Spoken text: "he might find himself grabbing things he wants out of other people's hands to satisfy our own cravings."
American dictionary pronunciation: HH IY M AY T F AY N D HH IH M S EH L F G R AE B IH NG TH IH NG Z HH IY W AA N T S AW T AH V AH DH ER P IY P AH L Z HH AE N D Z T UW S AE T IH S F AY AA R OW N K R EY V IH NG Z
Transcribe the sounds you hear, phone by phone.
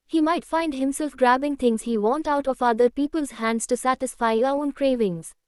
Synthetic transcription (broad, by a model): HH IY M AY T F AY N D HH IH M S EH L F G R AE B IH NG T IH NG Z HH IY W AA N T AW T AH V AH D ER P IY P AH L Z HH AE N D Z T UW S AE T IH S F AY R OW N K R EY V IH NG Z